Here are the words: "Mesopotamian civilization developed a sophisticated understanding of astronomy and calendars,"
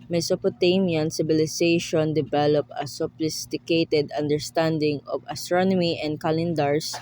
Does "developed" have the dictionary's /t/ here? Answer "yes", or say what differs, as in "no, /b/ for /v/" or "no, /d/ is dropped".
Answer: no, /t/ is dropped